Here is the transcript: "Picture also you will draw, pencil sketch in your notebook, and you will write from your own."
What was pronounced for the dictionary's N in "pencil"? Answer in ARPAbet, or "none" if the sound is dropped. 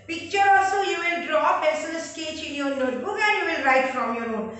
none